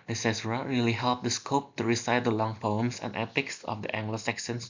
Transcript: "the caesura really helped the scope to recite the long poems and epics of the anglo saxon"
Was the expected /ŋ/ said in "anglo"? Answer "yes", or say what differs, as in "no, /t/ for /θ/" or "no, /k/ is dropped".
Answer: yes